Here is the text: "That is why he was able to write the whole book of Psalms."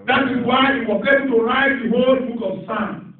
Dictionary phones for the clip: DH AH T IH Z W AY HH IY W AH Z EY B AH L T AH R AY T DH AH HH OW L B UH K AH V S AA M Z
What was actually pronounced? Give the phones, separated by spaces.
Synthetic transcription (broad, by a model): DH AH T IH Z W AY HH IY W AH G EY AH N T AH R AY T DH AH HH OW L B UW K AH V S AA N